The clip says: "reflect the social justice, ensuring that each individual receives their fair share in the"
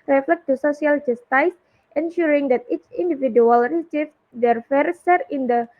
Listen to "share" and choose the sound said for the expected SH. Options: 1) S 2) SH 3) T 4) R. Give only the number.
1